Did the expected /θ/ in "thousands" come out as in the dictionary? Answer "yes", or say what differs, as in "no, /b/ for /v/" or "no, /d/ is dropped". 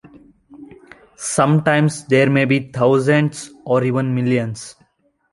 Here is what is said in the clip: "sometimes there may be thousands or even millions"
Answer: no, /t/ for /θ/